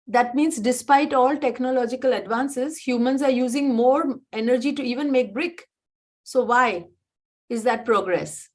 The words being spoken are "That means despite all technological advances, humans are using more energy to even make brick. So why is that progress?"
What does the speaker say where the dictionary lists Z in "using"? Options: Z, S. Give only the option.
Z